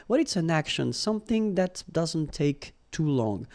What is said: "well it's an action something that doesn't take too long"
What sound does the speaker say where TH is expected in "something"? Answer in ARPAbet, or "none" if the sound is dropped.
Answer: TH